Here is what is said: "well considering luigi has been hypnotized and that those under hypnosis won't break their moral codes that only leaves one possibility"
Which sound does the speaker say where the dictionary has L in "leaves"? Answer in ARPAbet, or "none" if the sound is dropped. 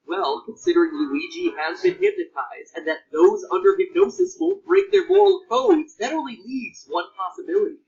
N